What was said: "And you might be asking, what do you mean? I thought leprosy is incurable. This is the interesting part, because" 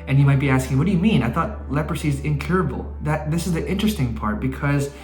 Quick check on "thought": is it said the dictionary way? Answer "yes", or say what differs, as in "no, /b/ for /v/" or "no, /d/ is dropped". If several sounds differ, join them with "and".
yes